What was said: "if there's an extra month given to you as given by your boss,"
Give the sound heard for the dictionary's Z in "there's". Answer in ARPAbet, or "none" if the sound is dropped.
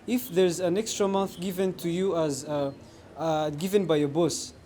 Z